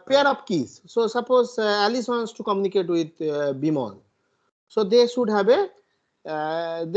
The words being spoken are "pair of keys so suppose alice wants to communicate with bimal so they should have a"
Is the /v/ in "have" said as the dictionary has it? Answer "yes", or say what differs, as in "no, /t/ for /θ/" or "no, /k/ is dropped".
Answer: no, /b/ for /v/